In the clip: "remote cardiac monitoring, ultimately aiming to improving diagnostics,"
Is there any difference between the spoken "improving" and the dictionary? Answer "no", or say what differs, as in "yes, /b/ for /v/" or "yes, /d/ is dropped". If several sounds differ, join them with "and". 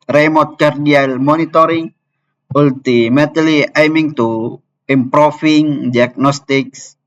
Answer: yes, /f/ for /v/